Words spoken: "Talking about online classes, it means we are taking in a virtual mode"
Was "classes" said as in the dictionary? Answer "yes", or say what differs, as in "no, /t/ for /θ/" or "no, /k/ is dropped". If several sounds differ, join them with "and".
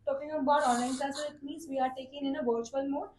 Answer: no, /z/ is dropped